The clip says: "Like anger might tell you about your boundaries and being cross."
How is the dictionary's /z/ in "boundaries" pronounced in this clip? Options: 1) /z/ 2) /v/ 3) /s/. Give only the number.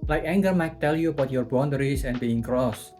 3